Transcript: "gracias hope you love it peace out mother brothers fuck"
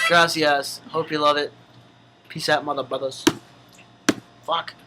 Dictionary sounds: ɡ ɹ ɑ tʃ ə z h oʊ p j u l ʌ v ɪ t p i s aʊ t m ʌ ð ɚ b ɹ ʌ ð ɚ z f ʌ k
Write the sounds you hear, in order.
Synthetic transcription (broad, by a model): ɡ ɹ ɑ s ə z h oʊ p j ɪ l ʌ v ɪ t p i s aʊ t m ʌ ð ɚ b ʌ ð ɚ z f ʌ k